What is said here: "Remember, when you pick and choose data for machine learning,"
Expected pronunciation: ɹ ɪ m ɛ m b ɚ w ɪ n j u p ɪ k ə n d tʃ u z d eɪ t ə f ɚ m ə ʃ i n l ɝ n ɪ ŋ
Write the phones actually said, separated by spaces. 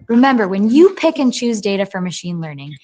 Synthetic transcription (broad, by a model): ɹ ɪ m ɛ m b ɚ w ɪ n j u p ɪ k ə n tʃ u z d eɪ t ə f ɚ m ə ʃ i n l ɝ n ɪ ŋ